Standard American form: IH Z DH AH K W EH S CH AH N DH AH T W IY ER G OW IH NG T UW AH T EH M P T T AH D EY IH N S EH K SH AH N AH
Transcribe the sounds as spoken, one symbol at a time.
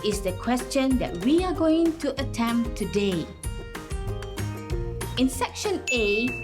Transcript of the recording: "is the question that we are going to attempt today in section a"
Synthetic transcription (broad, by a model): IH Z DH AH K W EH S CH AH N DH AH T W IY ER G OW IH NG T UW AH T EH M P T T AH D EY IH N S EH K SH AH N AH